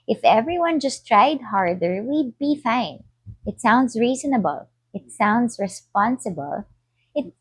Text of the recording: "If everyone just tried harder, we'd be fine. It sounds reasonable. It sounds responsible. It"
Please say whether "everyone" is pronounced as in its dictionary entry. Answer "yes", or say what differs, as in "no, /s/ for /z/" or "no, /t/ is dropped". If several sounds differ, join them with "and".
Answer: yes